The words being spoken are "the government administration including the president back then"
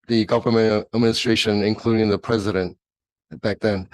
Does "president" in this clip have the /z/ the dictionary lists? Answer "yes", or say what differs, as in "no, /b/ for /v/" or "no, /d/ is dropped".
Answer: yes